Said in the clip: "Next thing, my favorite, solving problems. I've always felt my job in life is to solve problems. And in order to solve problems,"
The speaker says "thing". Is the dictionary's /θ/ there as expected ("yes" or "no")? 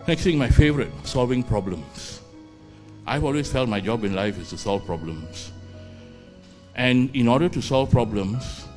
no